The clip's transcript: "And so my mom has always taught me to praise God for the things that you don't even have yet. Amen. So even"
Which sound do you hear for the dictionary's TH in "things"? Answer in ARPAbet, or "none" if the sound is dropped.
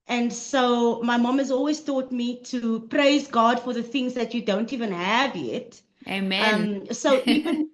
TH